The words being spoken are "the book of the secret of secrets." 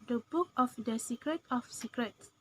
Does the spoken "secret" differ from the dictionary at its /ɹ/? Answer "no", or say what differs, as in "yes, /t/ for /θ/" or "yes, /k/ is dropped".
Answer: no